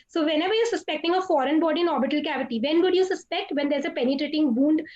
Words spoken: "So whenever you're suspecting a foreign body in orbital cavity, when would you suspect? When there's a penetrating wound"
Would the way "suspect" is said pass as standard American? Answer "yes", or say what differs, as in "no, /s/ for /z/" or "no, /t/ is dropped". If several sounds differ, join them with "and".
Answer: yes